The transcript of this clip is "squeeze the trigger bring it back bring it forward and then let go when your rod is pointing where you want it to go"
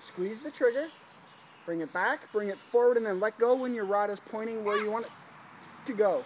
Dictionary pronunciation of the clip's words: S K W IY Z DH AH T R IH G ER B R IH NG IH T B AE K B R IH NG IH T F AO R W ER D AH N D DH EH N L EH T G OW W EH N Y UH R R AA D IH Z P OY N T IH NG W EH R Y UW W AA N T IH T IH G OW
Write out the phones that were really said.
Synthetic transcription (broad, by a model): S K W IY Z DH AH T R IH G ER B R IH NG IH T B AE K B R IH NG IH T F AO R W ER D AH N DH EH N L EH T G OW W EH N Y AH R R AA D IH Z P OY T IH NG W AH R Y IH W AA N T IH T IH G OW